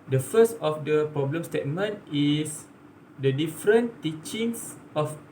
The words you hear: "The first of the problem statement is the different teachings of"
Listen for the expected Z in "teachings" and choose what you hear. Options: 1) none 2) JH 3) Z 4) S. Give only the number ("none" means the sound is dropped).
4